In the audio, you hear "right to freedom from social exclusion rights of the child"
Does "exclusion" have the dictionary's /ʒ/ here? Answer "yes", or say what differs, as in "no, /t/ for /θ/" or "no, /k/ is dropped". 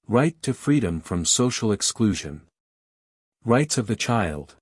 yes